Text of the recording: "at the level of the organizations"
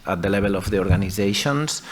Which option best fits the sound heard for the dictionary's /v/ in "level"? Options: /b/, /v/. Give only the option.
/b/